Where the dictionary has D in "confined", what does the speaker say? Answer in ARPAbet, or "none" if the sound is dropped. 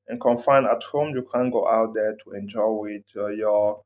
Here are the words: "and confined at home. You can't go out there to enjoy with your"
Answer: none